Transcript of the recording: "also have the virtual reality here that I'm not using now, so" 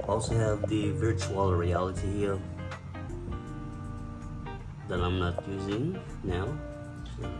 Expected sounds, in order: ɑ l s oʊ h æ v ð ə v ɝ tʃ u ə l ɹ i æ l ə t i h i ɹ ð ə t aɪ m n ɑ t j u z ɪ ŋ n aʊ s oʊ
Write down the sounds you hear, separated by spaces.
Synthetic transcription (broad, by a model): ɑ l s oʊ h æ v ð ə v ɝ tʃ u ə l ɹ i æ l ə t i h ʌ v ð ə t aɪ m n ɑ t j u z ɪ ŋ n aʊ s